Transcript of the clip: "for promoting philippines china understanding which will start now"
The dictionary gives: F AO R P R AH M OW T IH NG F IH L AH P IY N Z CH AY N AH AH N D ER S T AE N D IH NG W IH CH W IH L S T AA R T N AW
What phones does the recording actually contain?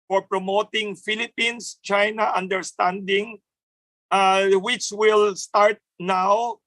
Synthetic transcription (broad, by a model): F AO R P R AH M OW T IH NG F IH L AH P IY N S CH AY N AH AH N D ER S T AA N D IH NG W IH CH W IH L S T AA R T N AW